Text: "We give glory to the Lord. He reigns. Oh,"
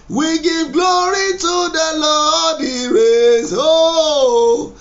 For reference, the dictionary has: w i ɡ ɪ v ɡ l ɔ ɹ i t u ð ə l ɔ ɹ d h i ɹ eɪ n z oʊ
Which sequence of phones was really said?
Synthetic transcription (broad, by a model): w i ɡ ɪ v ɡ l ɔ ɹ i t u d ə l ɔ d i ɹ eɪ z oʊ